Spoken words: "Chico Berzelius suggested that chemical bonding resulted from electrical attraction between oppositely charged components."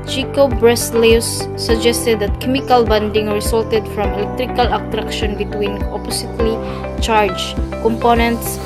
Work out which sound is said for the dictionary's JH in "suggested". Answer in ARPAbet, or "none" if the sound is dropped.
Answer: JH